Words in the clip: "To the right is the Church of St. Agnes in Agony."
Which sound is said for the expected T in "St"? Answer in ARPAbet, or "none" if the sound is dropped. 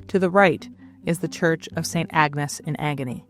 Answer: T